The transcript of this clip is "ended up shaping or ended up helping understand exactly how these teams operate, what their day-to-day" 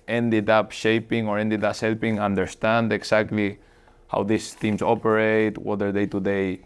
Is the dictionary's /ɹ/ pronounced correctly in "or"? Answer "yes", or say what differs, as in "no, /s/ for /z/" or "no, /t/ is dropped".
yes